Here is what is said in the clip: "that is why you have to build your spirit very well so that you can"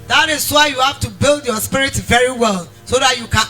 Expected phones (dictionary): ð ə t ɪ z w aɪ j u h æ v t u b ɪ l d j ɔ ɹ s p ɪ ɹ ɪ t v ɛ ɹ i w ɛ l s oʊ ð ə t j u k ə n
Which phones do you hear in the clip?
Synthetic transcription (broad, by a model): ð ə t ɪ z w aɪ j u h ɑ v t u b ɪ l d j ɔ s p ɪ ɹ ɪ t v ɛ ɹ i w ɛ l s oʊ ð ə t j u k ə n